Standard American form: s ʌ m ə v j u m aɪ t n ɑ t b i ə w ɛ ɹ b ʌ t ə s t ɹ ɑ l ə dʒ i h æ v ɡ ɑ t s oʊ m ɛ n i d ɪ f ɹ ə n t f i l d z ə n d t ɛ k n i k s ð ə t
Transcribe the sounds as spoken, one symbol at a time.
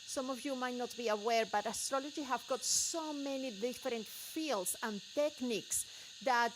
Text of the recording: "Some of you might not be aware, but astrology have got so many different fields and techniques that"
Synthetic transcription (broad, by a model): s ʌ m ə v j u m aɪ t n ɑ t b i ə w ɛ ɹ b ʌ t ə s t ɹ ɑ l ə dʒ i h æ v ɡ ɑ t s oʊ m ɛ n i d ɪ f ɹ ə n t f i l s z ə n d t ɛ k n i k s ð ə t